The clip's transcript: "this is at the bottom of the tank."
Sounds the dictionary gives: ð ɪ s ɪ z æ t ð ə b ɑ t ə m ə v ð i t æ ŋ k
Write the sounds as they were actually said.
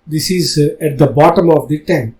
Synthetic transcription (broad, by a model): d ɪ s ɪ z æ t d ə b ɑ t ə m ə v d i t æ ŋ